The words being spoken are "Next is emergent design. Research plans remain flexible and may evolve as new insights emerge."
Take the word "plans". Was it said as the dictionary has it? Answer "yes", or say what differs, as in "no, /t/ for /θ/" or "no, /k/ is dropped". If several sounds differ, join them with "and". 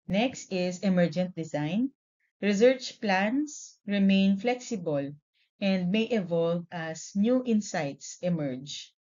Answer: no, /s/ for /z/